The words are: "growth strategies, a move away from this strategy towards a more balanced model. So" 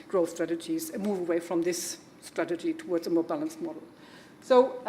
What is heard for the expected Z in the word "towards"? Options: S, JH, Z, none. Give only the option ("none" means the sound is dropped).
Z